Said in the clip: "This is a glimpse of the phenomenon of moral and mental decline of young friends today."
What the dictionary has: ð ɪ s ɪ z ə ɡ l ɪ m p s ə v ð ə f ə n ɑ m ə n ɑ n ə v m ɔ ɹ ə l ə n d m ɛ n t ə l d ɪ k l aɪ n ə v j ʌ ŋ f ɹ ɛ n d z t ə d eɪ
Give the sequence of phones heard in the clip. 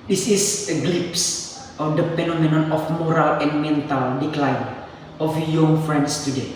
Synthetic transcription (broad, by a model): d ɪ s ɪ s ə ɡ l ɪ p s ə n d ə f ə n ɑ m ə n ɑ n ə f m ɔ ɹ ə l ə n m ɛ n t ə l d ɪ k l aɪ n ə f j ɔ ŋ f ɹ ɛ n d s t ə d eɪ